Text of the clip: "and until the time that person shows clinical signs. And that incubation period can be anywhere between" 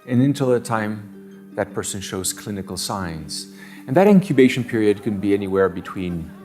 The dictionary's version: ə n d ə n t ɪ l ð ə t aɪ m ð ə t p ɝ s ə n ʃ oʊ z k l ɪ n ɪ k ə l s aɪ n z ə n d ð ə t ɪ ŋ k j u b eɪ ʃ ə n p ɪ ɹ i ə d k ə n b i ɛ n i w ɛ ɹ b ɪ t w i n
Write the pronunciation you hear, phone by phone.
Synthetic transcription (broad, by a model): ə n ə n t ɪ l ð ə t aɪ m ð ə t p ɝ s ə n ʃ oʊ z k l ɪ n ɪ k l s aɪ n z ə n ð ə t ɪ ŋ k j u b eɪ ʃ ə n p ɪ ɹ i ə d k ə n b i ɛ n i w ɛ ɹ b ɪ t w i n